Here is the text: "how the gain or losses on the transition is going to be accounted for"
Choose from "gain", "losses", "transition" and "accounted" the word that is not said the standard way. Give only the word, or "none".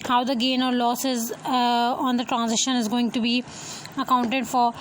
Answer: none